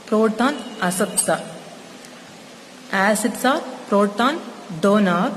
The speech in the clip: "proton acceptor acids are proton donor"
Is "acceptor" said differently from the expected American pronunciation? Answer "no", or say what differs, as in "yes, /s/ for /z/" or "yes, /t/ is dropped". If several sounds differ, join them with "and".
yes, /k/ is dropped and /s/ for /t/